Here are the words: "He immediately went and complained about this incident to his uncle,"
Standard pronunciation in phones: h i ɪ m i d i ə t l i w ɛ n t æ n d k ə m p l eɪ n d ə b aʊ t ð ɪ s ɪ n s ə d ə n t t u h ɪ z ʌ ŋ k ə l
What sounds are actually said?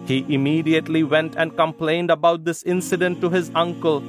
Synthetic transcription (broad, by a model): h i ɪ m i d i ə t l i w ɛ n t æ n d k ə m p l eɪ n d ə b aʊ t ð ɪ s ɪ n s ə d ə n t t u h ɪ z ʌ ŋ k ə l